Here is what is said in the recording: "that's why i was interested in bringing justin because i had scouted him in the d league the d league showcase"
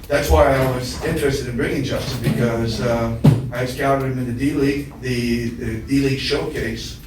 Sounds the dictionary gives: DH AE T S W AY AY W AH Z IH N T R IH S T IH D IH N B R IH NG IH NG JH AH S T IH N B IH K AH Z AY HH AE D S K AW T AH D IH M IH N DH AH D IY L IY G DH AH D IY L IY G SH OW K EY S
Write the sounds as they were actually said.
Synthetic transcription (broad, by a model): DH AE T S W AY AY W AH Z IH N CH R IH S T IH D IH N B R IH NG IH NG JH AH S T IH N B IH K AH Z AY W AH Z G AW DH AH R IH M IH N DH AH D IY L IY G DH AH D IY L IY G SH OW K EY S